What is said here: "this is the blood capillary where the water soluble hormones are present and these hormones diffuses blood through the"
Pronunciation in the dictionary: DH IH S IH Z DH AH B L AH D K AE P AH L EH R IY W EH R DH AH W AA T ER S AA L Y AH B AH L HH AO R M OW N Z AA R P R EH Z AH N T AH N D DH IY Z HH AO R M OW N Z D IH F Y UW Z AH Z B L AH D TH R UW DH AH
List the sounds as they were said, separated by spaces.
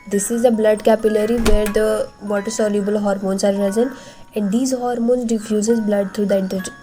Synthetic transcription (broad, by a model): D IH S IH Z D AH B L AH D K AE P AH L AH R IY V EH R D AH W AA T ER S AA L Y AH B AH L HH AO R M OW N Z AA R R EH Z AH N AH N D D IY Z HH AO R M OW N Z D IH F Y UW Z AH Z B L AH D T R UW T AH